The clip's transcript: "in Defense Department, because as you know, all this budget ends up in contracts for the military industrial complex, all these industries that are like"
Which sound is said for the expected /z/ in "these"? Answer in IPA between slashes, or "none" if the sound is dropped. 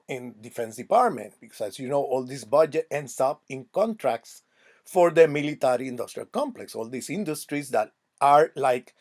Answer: /s/